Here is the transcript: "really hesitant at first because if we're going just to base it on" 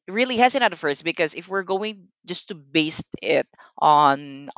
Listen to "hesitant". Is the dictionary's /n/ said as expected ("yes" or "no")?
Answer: no